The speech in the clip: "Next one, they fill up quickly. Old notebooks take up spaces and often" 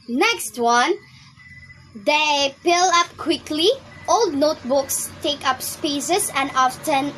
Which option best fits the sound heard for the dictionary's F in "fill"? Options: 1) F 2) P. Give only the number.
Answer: 2